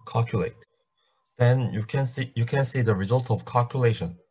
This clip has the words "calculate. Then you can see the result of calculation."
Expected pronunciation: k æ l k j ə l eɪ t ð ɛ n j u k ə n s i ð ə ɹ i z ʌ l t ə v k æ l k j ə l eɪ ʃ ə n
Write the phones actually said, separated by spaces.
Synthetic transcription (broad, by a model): k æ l k j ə l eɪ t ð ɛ n j u k ə n s i ð ə ɹ i z ʌ l t ə v k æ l k j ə l eɪ ʃ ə n